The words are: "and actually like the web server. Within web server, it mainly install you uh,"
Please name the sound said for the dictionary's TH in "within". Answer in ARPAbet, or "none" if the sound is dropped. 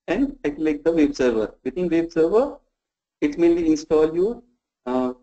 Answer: T